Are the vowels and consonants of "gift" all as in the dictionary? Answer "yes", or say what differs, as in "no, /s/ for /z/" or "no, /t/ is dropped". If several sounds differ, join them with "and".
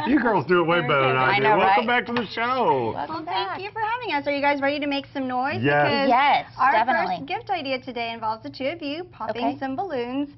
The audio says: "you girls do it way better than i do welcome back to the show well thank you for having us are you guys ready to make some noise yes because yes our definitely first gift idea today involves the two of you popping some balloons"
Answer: yes